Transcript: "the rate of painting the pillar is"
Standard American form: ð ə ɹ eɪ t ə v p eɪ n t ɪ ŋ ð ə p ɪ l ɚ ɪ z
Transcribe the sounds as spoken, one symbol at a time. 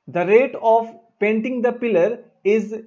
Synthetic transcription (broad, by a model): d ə ɹ eɪ t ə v p eɪ n t ɪ ŋ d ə p ɪ l ɚ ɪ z